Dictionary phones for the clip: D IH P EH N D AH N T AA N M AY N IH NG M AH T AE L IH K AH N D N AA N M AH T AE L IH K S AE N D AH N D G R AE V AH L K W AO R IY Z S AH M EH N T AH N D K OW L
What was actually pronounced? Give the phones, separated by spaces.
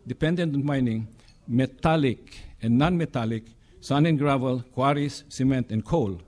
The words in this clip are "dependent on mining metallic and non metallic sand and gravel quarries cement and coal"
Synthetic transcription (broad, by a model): D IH P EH N D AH N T AA N M AY N IH NG M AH T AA L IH K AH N N AA N M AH T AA L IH K S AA N AH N G R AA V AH L K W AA R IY S AH M EH N T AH N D K OW L